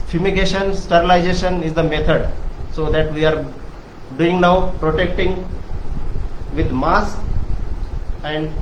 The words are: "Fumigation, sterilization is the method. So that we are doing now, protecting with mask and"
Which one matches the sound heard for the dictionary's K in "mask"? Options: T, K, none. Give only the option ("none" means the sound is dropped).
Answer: none